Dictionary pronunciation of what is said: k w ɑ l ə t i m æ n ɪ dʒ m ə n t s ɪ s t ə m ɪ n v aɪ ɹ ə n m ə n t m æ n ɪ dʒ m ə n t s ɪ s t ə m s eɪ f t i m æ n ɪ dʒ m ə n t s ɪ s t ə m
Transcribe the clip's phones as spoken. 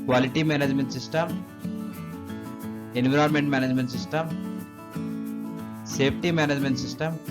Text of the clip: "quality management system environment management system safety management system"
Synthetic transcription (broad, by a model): k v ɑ l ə t i m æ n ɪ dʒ m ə n t s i s t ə m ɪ n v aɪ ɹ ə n m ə n t m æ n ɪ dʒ m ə n t s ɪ s t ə m s eɪ p t i m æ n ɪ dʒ m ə n t s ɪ s t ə m